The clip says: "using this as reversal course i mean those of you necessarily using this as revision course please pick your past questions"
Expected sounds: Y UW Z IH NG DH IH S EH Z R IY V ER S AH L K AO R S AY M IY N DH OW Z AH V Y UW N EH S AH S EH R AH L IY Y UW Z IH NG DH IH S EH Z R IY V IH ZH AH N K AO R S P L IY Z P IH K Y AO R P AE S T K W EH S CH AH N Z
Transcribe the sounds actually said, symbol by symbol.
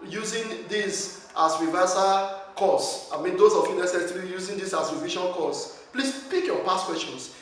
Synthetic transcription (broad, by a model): Y UW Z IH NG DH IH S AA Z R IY V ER S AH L K AO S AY M IY N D OW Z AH F Y UW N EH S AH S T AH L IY Y UW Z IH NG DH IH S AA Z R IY V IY SH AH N K AO S P L IY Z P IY K Y AO P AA S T K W EH S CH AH N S